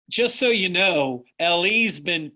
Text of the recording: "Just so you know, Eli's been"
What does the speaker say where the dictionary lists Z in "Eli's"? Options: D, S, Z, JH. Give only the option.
Z